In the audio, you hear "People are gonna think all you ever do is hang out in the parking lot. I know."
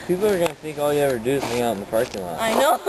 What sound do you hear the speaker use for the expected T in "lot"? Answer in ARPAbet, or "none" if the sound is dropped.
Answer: none